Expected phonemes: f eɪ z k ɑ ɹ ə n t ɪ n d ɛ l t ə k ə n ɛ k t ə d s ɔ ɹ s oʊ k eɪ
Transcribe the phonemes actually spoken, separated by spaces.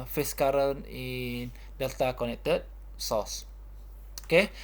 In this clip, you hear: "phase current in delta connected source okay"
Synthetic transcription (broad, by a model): f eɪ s k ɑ ɹ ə n ɪ n d ɛ l t ə k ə n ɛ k t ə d s ɔ s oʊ k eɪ